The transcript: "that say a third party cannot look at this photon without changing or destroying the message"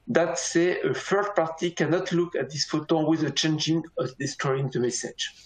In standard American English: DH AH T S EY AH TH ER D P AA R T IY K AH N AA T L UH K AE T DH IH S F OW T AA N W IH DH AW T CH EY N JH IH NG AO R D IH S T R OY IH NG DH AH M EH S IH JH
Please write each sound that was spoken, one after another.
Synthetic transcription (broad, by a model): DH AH T S EY AH F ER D P AA R T IY K AH N AA T L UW K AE T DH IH S F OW T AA W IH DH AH CH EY N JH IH NG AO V D IH S T R OY IH NG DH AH M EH S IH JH